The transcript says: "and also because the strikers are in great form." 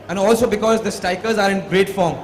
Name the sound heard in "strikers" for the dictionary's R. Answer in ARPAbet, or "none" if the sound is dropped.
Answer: none